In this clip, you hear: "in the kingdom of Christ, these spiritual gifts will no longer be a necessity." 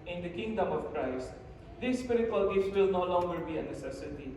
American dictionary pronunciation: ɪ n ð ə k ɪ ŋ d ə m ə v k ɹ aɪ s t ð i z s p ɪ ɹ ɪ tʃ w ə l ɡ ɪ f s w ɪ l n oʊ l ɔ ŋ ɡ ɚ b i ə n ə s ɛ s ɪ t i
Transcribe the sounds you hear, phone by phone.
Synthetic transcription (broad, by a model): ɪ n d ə k ɪ ŋ d ə m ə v k ɹ aɪ s t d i s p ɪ ɹ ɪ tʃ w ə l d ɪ s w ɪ l n oʊ l ɔ ŋ ɡ ɚ b i ə n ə s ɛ s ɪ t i